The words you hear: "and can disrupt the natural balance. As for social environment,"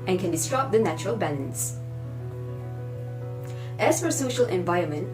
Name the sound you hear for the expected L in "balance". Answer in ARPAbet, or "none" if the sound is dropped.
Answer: N